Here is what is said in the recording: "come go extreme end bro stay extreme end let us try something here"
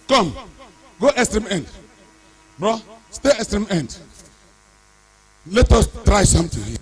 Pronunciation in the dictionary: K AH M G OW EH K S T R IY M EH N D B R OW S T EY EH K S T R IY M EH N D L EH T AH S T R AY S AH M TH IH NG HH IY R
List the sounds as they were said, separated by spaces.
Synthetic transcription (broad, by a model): K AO M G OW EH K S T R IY M EH N D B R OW S T EY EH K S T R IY M EH N D L EH T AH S T R AY S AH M T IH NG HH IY